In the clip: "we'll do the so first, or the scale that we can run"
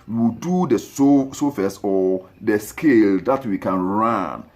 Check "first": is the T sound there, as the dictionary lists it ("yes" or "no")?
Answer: no